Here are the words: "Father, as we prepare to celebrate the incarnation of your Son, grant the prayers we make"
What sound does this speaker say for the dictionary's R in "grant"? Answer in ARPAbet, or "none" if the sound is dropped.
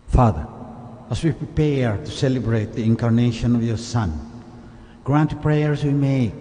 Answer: R